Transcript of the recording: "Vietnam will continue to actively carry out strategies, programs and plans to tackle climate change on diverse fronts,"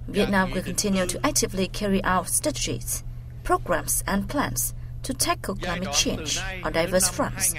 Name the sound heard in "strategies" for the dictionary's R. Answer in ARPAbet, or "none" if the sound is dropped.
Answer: none